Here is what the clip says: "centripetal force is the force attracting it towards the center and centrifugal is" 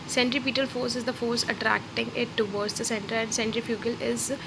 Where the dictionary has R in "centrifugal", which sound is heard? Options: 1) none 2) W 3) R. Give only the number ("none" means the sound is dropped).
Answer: 3